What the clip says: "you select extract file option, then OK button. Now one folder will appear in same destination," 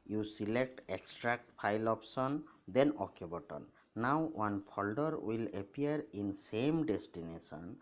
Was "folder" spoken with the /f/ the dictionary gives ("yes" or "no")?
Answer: no